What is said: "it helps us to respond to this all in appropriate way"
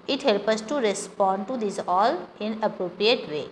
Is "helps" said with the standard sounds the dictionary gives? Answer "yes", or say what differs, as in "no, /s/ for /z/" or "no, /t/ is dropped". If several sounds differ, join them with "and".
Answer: no, /s/ is dropped